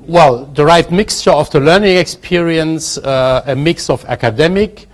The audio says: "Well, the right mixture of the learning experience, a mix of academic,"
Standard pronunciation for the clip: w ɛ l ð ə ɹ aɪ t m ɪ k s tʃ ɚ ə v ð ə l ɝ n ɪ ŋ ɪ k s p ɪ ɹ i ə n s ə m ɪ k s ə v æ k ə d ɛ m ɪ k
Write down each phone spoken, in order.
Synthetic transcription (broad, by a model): w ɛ l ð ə ɹ aɪ t m ɪ k s tʃ ɚ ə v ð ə l ɝ n ɪ ŋ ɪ k s p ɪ ɹ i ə n s ə m ɪ k s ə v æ k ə d ɛ m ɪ k